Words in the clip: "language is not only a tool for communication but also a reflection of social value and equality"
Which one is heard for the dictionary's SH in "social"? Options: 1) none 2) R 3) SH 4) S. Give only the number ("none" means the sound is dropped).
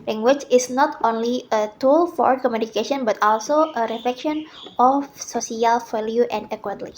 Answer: 4